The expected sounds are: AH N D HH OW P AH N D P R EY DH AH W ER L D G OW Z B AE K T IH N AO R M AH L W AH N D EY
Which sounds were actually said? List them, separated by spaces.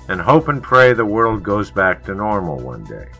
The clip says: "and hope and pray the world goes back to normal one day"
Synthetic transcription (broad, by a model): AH N HH OW P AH N P R EY DH AH W ER L D G OW Z B AE K T IH N AO R M L W AH N D EY